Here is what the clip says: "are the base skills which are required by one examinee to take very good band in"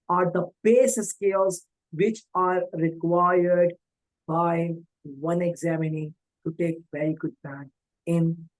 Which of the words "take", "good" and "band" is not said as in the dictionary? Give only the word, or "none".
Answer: band